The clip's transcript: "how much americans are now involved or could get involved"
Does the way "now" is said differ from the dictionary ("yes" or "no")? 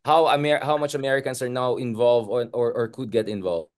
no